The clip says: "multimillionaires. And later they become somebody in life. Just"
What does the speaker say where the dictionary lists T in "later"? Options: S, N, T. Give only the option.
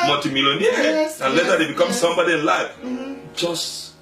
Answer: S